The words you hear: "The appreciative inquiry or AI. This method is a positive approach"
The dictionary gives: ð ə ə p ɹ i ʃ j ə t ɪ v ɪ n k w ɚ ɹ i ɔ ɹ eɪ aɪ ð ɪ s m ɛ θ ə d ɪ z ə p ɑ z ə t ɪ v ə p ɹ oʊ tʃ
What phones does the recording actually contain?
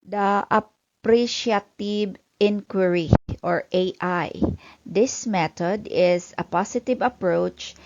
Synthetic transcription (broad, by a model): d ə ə p ɹ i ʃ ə t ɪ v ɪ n k w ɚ ɹ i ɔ ɹ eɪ aɪ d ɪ s m ɛ t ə d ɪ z ə p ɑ s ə t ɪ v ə p ɹ oʊ tʃ